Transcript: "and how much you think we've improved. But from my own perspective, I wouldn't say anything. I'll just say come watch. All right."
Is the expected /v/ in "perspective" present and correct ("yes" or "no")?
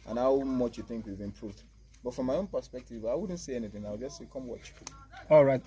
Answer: yes